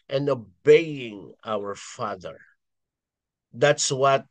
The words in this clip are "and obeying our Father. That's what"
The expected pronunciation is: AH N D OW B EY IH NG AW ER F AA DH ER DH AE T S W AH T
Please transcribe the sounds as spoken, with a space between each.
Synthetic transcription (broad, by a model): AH N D OW B EY IH NG AW ER F AA DH ER DH AE T S W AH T